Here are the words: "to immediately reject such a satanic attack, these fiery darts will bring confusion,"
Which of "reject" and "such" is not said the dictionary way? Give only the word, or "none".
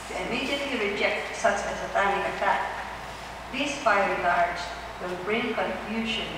such